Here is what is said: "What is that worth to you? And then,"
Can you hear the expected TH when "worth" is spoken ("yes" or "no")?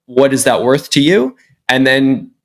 yes